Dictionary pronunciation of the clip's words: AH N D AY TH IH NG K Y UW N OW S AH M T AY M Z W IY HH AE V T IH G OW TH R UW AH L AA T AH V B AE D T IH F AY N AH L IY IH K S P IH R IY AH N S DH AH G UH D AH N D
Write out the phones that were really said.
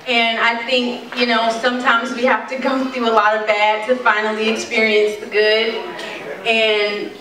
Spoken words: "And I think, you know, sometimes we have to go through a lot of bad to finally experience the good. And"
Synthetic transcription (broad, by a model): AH N AY TH IH NG K Y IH N OW S AH M T AY M Z W IY HH AE F T IH G OW TH R UW AH L AA T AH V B AE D T IH F AY N L IY IH K S P IH R IY AH N S DH AH G UH D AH N